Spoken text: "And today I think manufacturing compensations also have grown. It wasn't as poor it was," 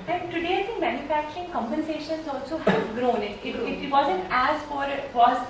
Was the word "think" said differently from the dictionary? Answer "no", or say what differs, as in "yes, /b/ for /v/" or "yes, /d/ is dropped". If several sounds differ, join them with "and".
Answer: yes, /s/ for /θ/